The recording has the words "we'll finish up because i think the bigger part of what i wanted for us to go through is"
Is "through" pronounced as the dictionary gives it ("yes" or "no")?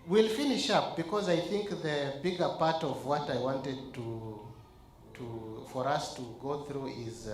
yes